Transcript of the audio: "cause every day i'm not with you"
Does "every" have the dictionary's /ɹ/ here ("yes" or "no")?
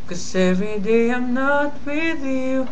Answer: no